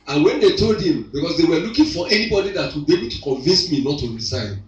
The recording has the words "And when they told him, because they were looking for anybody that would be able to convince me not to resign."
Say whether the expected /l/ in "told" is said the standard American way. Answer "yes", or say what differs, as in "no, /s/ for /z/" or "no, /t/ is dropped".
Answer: yes